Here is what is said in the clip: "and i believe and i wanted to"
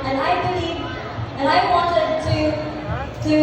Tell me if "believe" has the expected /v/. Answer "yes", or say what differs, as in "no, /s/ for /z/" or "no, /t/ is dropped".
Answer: no, /v/ is dropped